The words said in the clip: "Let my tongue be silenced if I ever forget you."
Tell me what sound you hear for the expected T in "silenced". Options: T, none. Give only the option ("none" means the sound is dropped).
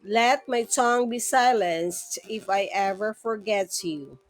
T